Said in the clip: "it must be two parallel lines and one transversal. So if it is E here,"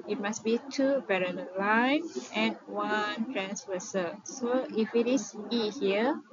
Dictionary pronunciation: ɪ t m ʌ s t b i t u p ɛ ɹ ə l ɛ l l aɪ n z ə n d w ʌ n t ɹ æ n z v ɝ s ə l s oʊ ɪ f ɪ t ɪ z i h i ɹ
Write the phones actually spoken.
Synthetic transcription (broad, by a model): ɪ t m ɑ s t b i t u b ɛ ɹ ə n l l aɪ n ə n w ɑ n t ɹ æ n s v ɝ s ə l s oʊ ɪ f ɪ t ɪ s i h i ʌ